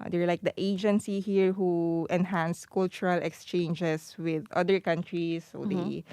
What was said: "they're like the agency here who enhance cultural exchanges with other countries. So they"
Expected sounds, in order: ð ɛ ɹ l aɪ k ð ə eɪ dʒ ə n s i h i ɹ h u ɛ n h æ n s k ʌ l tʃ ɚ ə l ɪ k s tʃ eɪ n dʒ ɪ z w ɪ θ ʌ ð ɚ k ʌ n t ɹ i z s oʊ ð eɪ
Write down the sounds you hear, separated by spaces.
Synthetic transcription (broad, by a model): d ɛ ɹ l aɪ k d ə eɪ dʒ ə n s i h i ɹ h u ɛ n h æ n s k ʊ l tʃ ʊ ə l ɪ k s tʃ eɪ n dʒ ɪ s w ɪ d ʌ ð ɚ k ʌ n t ɹ i s oʊ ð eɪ